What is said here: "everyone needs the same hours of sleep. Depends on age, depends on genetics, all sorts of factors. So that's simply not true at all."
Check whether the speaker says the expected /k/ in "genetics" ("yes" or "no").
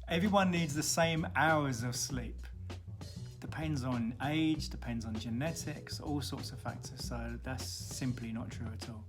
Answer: yes